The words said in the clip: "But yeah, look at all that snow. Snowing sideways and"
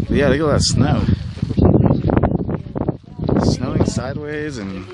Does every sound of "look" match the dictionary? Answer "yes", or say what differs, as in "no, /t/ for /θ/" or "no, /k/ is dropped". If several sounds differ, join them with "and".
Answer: no, /k/ is dropped